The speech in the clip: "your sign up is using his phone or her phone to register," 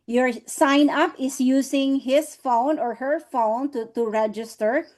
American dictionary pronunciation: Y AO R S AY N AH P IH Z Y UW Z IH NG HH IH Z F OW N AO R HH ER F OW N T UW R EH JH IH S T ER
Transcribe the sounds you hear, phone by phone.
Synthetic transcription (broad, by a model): Y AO R S AY N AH P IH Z Y UW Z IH NG HH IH S F OW N AO R HH ER F OW N T UW R EH JH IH S T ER